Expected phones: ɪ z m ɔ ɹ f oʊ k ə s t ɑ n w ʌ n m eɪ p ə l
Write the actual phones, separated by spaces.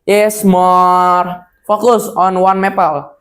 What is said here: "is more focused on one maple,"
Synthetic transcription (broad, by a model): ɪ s m ɔ ɹ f oʊ k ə s ɑ n w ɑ n m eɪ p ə l